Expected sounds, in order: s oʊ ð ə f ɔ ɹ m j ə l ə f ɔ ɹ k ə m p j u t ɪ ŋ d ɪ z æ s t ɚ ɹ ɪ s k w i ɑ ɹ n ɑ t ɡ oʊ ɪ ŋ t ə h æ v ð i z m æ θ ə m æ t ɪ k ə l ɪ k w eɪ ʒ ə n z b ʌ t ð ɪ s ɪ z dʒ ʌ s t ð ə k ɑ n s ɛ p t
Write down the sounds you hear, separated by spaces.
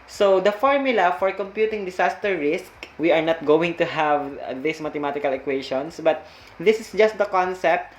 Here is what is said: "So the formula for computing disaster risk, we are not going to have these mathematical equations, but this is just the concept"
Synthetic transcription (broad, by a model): s oʊ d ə f ɔ ɹ m j ə l ə f ɔ ɹ k ə m p j u t ɪ ŋ d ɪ s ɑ s t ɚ ɹ ɪ s k w i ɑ ɹ n ɑ t ɡ oʊ ɪ ŋ t ə h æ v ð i s m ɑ t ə m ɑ t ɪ k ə l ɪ k w eɪ ʃ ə n s b ʌ t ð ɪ s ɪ s dʒ ʌ s t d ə k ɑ n s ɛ p t